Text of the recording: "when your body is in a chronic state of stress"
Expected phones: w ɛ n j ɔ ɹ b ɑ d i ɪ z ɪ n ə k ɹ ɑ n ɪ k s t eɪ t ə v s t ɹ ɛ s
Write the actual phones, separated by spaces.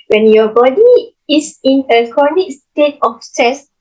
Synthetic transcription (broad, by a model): w ɛ n j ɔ b ɑ d i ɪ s ɪ n ə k ɑ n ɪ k s t eɪ t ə f s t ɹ ɛ s